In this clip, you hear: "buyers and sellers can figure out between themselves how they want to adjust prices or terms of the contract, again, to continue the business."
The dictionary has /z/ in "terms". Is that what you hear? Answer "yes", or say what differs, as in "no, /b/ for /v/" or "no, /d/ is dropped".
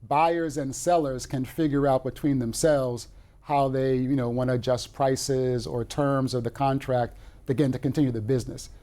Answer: yes